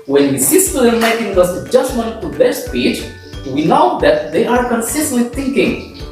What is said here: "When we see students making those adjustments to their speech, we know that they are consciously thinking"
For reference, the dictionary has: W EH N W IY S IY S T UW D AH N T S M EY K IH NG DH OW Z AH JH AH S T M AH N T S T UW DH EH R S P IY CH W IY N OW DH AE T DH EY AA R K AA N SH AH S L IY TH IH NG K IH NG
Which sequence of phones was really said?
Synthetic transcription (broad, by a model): W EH N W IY S IY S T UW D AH M EY K IH NG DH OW S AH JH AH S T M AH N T T UW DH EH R S P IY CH W IY N OW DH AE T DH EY AA R K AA N S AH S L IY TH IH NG K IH NG